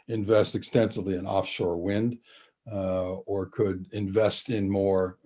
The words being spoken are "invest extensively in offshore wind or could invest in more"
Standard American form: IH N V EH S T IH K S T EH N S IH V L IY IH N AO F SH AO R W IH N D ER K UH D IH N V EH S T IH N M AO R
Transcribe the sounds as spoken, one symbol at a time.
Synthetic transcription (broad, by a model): IH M V EH S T IH K S T EH N S IH V L IY IH N AO F SH AO R W IH N D ER K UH D IH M V EH S T IH N M AO R